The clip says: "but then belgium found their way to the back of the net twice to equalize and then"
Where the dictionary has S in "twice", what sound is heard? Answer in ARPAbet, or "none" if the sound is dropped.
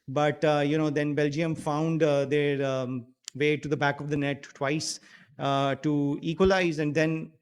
S